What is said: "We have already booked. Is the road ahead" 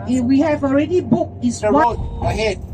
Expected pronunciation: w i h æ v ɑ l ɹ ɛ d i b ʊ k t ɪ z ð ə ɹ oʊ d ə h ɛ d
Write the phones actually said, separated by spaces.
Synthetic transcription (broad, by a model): w i h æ v ɑ l ɹ ɛ d i b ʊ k ɪ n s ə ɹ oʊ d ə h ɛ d